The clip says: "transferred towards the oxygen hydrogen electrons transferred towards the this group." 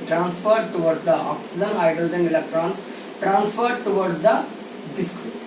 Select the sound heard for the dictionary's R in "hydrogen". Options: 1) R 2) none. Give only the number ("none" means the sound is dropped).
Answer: 2